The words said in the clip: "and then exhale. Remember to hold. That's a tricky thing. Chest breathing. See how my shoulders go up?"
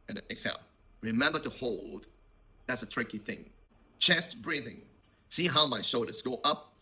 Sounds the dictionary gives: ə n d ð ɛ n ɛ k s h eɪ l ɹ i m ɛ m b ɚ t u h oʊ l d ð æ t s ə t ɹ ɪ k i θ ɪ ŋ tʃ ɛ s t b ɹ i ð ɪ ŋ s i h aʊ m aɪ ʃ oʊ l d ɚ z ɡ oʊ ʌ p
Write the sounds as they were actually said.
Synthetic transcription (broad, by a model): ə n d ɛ ɛ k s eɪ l ɹ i m ɛ m b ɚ t u h oʊ l d ð æ t s ə t ɹ ɪ k i θ ɪ ŋ tʃ ɛ s t b ɹ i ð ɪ ŋ s i h aʊ m aɪ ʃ oʊ d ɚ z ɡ oʊ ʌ p